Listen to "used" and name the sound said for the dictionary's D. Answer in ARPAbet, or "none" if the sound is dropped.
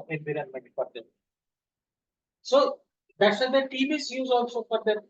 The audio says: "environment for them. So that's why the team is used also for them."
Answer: none